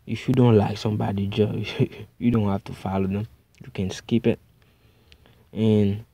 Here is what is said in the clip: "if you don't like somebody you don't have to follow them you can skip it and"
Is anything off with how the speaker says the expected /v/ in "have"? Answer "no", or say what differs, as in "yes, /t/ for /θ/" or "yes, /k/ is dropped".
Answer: yes, /f/ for /v/